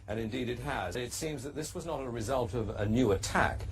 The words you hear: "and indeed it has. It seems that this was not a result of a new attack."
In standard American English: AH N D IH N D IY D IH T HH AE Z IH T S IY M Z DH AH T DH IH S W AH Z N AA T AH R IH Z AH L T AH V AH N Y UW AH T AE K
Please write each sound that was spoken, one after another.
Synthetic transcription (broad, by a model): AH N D IH N D IY D IH T HH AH Z IH T S IY M Z DH AH T DH IH S W AH Z N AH T AH R IH Z AH L T AH V AH N Y UW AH T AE K